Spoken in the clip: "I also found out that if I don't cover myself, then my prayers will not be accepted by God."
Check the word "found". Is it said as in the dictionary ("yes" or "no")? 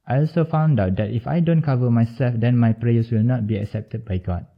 yes